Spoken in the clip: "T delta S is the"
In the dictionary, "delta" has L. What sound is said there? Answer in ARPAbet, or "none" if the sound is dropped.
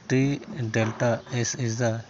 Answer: L